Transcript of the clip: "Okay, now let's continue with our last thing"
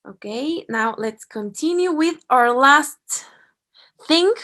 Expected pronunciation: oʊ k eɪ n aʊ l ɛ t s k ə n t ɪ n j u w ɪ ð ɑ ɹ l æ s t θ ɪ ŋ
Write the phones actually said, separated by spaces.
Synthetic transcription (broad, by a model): oʊ k eɪ n aʊ l ɛ t s k ə n t ɪ n j u w ɪ ð ɑ ɹ l æ s t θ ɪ ŋ